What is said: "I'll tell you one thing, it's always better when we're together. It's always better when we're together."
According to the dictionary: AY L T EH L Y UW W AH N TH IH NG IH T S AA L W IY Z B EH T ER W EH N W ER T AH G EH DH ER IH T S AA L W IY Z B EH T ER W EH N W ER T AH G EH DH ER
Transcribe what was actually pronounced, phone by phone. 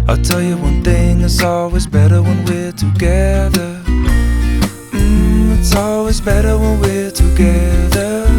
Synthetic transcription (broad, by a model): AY T EH L Y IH W AH N TH IH NG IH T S AA L W IY Z B EH T ER W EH N W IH T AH G EH DH ER IH T S AA L W IY Z B EH T ER W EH N W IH T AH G EH DH ER